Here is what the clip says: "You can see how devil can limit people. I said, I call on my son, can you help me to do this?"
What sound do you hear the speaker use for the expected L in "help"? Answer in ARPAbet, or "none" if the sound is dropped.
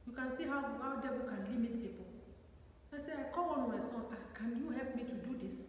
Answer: L